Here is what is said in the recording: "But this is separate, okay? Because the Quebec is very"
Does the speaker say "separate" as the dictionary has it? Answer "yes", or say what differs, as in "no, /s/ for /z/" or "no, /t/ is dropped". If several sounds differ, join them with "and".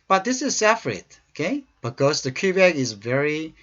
no, /f/ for /p/